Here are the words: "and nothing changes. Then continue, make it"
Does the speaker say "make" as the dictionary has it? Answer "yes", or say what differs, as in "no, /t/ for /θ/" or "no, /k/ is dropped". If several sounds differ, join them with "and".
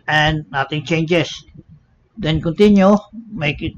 yes